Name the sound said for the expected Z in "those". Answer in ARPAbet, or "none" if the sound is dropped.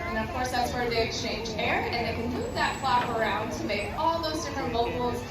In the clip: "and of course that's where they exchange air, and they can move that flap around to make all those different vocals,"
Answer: Z